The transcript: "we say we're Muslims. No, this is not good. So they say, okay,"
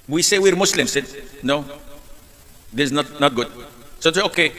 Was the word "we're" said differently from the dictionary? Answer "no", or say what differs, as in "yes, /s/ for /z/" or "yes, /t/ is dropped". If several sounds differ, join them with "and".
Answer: no